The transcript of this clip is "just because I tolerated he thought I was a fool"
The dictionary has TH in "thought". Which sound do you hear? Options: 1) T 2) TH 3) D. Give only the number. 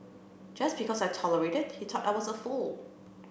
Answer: 1